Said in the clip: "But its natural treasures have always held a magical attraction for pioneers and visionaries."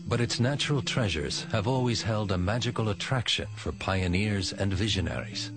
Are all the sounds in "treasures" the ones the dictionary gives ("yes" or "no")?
yes